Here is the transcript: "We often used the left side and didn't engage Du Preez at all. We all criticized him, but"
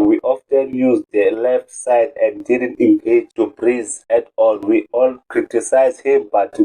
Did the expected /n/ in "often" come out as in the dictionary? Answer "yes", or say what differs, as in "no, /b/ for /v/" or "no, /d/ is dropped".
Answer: yes